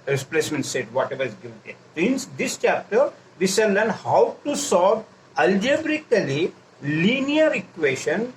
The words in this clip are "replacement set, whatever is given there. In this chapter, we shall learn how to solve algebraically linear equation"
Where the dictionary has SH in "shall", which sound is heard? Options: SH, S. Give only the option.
S